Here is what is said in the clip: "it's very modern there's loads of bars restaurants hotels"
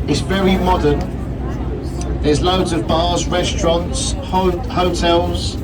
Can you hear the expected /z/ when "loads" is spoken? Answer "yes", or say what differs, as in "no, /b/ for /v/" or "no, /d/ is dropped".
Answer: yes